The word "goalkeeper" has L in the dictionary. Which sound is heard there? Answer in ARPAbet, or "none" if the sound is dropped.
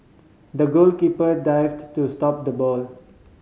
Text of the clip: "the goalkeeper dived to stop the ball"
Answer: L